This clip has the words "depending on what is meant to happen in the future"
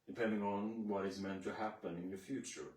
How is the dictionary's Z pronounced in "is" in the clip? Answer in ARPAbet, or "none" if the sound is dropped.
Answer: Z